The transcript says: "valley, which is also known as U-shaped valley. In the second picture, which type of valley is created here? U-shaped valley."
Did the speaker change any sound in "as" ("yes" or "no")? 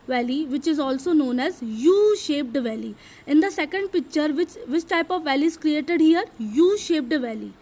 no